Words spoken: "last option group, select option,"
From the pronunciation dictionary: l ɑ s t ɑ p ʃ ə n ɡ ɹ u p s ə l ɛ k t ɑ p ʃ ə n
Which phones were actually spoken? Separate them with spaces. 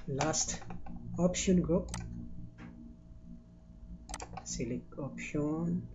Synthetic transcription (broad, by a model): l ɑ s t ɑ p ʃ ə n ɡ ɹ u p s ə l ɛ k ɑ p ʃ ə n